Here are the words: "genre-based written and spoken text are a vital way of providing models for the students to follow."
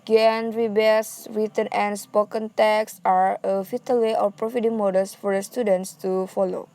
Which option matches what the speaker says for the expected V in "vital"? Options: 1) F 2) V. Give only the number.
1